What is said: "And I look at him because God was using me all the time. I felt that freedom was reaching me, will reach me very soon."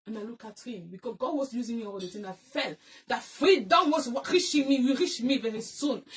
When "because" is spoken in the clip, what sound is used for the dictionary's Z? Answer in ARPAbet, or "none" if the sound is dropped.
none